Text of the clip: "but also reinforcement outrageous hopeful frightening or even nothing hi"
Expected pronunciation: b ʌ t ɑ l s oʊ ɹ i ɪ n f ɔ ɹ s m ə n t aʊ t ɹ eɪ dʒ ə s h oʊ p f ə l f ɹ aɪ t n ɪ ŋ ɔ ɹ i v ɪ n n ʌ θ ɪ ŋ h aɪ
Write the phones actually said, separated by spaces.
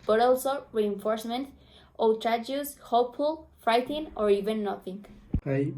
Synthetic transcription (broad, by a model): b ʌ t ɑ l s oʊ ɹ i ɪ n f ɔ ɹ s m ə n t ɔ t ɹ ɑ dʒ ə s h oʊ p f ə l f ɹ aɪ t ɪ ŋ ɔ ɹ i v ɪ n n ʌ θ ɪ ŋ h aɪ